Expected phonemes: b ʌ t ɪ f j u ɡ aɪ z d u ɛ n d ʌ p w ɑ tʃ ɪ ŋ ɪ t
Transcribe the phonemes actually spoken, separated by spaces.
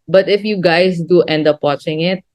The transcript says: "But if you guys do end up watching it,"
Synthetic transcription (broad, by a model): b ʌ t ɪ f j u ɡ aɪ s d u ɛ n d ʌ p w ɑ tʃ ɪ ŋ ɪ t